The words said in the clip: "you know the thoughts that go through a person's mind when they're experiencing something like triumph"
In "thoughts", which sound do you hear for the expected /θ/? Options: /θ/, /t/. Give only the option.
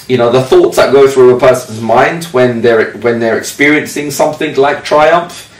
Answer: /θ/